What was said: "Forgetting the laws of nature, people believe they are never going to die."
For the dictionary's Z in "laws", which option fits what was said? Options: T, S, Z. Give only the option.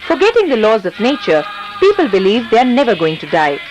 Z